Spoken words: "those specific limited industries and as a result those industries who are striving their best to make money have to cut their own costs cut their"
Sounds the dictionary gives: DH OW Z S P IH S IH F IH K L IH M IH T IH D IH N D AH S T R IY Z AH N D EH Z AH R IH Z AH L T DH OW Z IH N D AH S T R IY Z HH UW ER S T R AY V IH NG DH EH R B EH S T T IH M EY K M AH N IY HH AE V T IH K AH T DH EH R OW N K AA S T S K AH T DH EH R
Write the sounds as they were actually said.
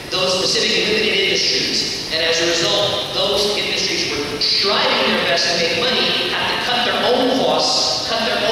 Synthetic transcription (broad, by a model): DH OW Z S P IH S IH F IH K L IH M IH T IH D IH N D AH S T R IY Z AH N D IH Z AH R IH Z AH L T DH OW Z IH N D AH S T R IY Z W ER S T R AY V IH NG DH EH R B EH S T T IH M EY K M AH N IY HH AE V T IH K AH T DH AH R OW N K AA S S K AH T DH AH R